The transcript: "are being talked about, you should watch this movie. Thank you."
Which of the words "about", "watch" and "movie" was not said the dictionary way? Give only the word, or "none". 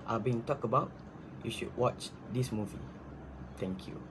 none